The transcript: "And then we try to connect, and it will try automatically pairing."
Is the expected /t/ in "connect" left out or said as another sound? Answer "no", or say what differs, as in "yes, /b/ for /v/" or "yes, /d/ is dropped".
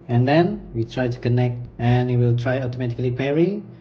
no